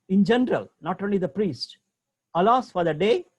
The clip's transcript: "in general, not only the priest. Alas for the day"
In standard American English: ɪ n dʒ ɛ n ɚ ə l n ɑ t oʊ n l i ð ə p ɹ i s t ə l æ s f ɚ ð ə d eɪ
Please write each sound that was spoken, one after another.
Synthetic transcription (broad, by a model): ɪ n dʒ ɛ n ɚ ə l n ɑ t oʊ n l i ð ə p ɹ i s t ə l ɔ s f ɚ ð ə d eɪ